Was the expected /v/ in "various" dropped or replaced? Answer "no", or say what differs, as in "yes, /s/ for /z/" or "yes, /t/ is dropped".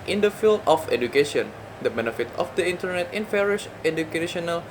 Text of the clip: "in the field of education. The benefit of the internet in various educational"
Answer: yes, /f/ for /v/